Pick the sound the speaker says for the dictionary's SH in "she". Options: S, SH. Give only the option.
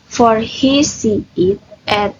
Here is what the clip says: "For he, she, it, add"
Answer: S